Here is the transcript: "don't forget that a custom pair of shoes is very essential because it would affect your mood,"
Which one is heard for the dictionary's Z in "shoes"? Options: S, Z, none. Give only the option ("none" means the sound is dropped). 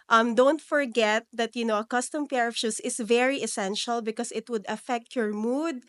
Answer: S